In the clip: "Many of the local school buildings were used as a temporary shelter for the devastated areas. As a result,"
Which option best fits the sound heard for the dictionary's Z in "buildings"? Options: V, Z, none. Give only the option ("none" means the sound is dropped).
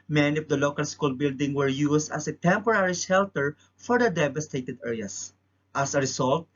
none